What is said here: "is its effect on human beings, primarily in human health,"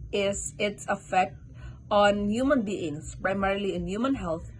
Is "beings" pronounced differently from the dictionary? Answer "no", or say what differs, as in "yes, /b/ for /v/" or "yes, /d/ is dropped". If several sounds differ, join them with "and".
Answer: yes, /s/ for /z/